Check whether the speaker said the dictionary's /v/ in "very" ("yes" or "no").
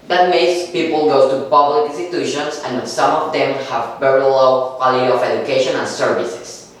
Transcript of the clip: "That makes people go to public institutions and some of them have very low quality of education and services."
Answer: no